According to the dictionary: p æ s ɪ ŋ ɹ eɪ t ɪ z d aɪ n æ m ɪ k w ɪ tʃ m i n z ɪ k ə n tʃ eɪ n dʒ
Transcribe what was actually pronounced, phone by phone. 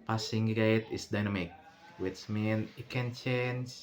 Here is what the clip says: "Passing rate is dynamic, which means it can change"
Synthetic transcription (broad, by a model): p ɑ s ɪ ŋ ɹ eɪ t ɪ s d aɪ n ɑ m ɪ k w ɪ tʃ m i n ɪ k ə n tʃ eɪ n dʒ